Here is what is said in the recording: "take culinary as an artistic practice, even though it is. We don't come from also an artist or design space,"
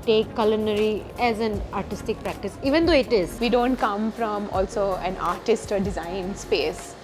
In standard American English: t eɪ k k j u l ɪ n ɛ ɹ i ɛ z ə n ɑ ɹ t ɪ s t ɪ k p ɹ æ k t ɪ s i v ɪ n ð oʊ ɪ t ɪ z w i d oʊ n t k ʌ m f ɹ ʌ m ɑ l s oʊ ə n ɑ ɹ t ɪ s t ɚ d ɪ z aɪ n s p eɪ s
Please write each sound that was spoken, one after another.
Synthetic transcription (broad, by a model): t eɪ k k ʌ l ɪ n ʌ ɹ i ɛ z ə n ɑ ɹ t ɪ s t ɪ k p ɹ æ k t ɪ s i v ɪ n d oʊ ɪ t ɪ z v i d oʊ n t k ʌ m f ɹ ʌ m ɑ l s oʊ ə n ɑ ɹ t ɪ s t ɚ d ɪ z aɪ n s p eɪ s